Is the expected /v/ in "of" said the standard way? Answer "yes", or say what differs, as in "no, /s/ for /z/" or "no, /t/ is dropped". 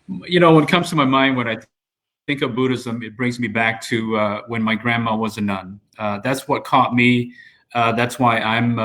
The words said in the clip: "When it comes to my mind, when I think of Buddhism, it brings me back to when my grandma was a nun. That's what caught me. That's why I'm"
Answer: yes